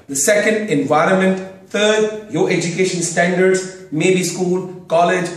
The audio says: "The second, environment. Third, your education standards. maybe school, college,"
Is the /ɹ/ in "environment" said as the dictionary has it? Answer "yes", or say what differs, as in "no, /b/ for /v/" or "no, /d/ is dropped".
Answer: yes